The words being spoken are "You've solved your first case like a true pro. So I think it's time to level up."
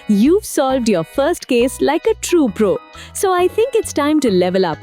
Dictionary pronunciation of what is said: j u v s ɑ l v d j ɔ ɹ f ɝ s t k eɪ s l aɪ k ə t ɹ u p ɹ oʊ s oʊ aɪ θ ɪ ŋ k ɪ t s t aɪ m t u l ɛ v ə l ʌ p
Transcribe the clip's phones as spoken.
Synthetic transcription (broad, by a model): j u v s ɑ l v d j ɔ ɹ f ɝ s t k eɪ s l aɪ k ə t ɹ u p ɹ oʊ s oʊ aɪ t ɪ ŋ k ɪ t s t aɪ m t u l ɛ v ə l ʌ p